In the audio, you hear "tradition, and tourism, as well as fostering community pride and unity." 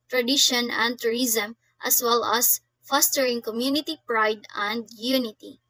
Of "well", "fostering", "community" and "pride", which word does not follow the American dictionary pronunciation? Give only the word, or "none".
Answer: none